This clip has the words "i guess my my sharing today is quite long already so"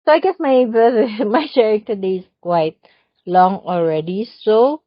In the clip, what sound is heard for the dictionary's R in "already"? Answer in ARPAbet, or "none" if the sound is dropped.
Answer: R